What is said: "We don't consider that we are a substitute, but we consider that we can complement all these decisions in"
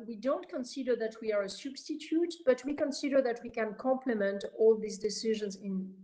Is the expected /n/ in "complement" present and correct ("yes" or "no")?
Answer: yes